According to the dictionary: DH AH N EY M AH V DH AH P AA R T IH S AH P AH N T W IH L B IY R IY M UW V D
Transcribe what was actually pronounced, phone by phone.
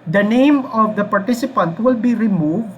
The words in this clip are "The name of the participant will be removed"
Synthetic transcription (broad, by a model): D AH N EY M AH V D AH P AA R T IH S AH P AH N T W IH L B IY R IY M UW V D